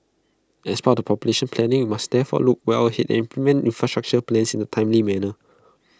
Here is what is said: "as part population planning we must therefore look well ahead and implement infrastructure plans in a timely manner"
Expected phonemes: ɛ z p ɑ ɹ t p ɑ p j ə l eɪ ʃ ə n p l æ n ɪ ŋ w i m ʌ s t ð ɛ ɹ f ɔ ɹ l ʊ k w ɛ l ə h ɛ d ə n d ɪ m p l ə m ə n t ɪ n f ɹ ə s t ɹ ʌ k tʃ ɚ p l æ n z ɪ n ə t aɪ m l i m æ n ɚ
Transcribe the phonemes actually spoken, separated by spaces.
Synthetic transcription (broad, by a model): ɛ s p ɑ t p ɑ p j ə l eɪ ʃ ə n p l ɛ n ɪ ŋ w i m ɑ s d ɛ f ɔ l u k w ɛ w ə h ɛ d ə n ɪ m p l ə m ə n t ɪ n f ɹ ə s t ɹ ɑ k tʃ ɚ p l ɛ n s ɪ n ə t aɪ m l i m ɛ n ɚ